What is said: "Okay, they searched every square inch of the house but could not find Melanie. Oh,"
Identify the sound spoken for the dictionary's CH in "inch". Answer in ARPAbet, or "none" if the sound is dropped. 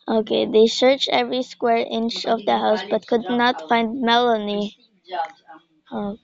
CH